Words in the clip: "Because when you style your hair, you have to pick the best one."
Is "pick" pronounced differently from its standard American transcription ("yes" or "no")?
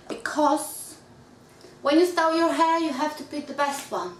yes